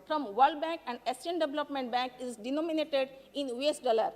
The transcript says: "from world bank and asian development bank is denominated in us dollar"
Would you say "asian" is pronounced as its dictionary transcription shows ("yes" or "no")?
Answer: no